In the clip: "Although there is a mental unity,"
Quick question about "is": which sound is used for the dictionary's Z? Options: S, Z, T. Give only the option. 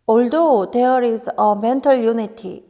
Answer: S